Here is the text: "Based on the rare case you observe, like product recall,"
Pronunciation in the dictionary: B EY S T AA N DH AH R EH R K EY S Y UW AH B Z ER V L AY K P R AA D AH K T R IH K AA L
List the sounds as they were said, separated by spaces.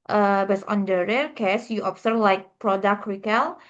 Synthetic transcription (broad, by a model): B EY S AA N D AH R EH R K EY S Y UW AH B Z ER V L AY K P R AA D AH K T R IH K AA L